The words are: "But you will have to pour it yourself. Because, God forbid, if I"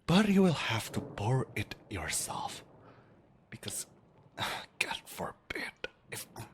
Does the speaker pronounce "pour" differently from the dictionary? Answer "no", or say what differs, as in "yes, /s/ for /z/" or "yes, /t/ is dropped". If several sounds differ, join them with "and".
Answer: yes, /b/ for /p/